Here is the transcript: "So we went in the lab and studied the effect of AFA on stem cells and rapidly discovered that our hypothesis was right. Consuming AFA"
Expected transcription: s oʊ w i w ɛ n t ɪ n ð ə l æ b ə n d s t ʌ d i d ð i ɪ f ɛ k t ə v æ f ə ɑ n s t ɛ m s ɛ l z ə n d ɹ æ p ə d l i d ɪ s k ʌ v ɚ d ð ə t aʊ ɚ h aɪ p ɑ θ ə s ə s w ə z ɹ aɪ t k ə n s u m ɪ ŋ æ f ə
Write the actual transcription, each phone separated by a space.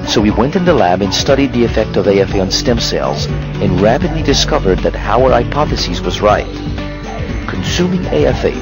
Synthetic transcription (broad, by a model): s oʊ w i w ɛ n t ɪ n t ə l æ b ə n s t ʌ d i d ð i ɪ f ɛ k t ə v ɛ f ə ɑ n s t ɛ m s ɛ l z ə n ɹ æ p ə d l i d ɪ s k ʌ v ɚ d ð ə t aʊ ɚ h aɪ p ɑ θ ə s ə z w ə z ɹ aɪ t k n s u m ɪ ŋ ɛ f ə